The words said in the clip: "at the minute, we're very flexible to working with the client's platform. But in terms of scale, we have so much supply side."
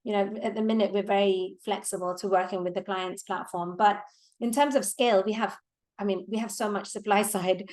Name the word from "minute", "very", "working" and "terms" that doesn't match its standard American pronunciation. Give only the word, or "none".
none